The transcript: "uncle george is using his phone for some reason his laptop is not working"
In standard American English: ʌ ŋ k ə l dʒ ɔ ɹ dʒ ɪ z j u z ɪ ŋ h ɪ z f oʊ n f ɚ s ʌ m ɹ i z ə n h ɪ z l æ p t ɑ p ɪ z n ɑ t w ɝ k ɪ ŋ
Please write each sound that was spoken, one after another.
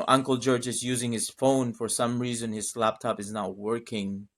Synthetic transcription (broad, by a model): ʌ ŋ k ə l dʒ ɔ ɹ dʒ ɪ z j u z ɪ ŋ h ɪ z f oʊ n f ɚ s ʌ m ɹ i z ə n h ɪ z l æ p t ɑ p ɪ z n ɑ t w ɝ k ɪ ŋ